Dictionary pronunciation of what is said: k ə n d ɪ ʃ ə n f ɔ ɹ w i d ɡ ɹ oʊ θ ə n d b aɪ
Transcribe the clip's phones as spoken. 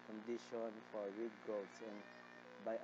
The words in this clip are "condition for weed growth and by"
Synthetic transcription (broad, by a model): k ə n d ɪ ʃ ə n f ɔ ɹ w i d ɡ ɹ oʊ s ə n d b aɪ